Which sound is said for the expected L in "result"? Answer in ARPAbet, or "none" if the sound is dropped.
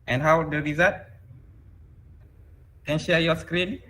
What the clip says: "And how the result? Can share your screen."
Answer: none